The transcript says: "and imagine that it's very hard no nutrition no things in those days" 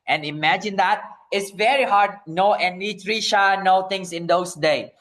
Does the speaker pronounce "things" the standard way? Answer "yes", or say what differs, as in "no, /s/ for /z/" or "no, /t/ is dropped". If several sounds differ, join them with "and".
no, /t/ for /θ/